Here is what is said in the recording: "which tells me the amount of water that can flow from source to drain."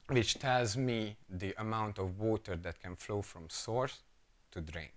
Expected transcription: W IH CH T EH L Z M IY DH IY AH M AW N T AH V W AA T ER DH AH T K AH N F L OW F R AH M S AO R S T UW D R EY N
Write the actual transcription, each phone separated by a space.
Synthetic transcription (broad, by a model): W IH CH T EH L Z M IY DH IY AH M AW N T AH V W AA T ER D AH T K AH N F L OW F R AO M S AO R S T UW D R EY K